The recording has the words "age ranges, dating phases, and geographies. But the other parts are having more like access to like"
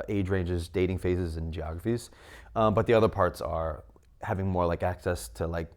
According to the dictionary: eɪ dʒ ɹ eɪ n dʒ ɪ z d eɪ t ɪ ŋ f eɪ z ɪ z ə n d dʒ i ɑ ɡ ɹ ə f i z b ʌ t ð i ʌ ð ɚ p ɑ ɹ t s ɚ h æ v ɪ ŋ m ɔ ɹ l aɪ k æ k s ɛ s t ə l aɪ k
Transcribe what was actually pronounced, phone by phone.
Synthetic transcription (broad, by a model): eɪ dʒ ɹ eɪ n dʒ ɪ z d eɪ t ɪ ŋ f eɪ z ɪ z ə n dʒ i ɑ ɡ ɹ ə f i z b ʌ t ð i ʌ ð ɚ p ɑ ɹ t s ɚ h æ v ɪ ŋ m ɔ ɹ l aɪ k æ k s ɛ s t ə l aɪ k